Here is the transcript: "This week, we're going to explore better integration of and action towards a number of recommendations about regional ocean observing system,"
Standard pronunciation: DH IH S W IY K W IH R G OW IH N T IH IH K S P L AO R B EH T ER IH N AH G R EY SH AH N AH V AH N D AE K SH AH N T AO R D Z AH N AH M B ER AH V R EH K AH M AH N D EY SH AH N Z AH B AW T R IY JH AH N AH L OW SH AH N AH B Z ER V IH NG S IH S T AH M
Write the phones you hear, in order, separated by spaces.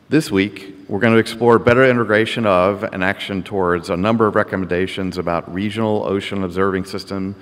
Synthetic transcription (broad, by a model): DH IH S W IY K W IH R G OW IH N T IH IH K S P L AO R B EH T ER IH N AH G R EY SH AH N AH V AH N AE K SH AH N T AO R D Z AH N AH M B ER AH V R EH K AH M AH N D EY SH AH N Z AH B AW T R IY JH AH N L OW SH AH N AH B Z ER V IH NG S IH S T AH M